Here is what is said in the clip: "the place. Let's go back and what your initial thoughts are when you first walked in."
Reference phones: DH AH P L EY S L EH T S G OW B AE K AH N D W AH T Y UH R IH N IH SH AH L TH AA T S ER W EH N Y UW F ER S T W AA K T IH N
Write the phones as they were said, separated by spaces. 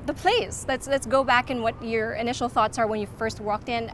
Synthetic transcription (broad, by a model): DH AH P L EY S L EH T S G OW B AE K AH N W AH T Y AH R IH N IH SH L TH AA T S ER W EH N Y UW F ER S T W AA K T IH N